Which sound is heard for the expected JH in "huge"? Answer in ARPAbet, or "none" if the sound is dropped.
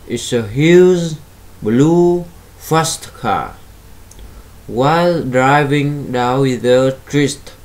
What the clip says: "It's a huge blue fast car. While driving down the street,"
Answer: Z